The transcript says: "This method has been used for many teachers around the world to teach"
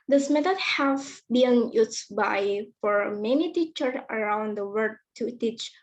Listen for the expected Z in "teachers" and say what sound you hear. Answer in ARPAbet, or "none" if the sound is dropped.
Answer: none